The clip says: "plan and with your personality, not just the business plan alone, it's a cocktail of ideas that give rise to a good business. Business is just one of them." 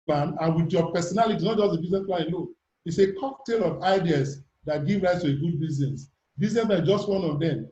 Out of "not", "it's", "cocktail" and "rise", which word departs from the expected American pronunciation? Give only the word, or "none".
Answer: rise